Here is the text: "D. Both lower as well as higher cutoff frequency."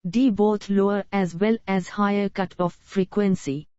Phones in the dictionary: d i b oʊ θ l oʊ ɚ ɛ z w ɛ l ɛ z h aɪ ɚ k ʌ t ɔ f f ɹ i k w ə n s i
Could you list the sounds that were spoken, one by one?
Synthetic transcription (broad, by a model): d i b oʊ t l oʊ ɚ ɛ z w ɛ l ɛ z h aɪ ɚ k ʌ t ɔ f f ɹ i k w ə n s i